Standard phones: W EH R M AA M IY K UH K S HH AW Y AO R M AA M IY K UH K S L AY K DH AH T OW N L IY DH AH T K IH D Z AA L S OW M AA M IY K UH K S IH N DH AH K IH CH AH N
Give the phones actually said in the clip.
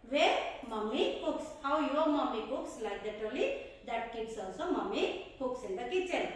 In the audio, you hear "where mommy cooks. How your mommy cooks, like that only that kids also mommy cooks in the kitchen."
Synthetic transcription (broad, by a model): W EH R M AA M IY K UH K S HH AW Y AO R M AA M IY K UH K S L AY K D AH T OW L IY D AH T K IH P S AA S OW M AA M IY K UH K S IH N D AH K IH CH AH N